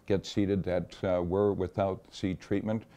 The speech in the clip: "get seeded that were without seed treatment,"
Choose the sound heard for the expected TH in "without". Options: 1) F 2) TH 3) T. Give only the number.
2